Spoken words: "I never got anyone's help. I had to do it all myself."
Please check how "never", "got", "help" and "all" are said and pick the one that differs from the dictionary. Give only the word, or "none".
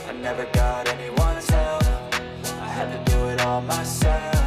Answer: help